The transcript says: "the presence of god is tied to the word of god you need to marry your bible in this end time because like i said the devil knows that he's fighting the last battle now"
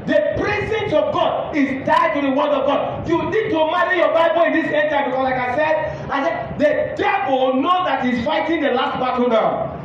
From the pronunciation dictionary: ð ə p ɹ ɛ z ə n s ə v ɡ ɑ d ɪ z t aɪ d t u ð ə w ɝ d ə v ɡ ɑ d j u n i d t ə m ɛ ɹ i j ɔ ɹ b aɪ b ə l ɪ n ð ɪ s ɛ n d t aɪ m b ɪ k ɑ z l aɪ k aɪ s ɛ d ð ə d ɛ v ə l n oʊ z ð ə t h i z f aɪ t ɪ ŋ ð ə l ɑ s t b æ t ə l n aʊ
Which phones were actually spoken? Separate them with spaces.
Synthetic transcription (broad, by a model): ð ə p ɹ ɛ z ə n s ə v ɡ ɑ d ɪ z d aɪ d t u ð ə w ɝ d ə v ɡ ɑ d j u n i d t ə m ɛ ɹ i j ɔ b aɪ b ə l ɪ n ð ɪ s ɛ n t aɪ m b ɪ k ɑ s l aɪ k aɪ s ɛ d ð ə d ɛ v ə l n oʊ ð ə t h i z f aɪ t ɪ ŋ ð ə l ɑ s t b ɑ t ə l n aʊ